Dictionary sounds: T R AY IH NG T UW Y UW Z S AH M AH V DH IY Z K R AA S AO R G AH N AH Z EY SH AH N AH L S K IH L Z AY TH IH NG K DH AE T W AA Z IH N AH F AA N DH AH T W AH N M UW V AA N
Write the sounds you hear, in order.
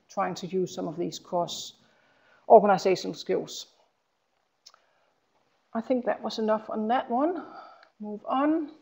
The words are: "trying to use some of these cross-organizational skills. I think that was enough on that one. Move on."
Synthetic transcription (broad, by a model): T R AY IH NG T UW Y UW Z S AH M AH V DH IY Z K AA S AO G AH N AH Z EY SH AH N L S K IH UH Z AY TH IH NG K DH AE T W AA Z IH N AH F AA N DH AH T W AH N M UW V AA N